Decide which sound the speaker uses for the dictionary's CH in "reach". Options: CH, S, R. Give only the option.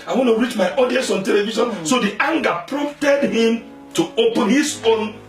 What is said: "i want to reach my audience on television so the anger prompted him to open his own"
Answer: CH